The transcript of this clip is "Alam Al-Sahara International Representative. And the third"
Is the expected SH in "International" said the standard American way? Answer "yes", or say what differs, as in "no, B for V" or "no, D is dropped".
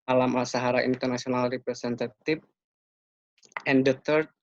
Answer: no, S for SH